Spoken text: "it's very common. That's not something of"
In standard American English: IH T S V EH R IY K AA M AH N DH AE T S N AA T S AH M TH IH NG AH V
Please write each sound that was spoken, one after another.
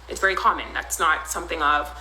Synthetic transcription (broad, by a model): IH T S V EH R IY K AA M AH N DH AE T S N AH T S AH M TH IH NG AH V